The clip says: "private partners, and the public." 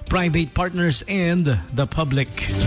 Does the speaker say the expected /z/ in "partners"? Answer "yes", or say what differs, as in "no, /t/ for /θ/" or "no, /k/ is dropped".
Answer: no, /s/ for /z/